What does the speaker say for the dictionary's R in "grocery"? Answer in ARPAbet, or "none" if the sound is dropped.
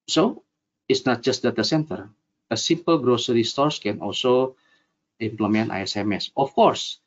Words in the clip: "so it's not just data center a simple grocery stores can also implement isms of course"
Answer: R